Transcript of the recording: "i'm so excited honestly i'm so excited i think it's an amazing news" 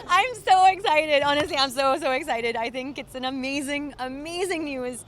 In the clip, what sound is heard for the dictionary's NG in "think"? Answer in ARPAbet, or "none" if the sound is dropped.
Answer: NG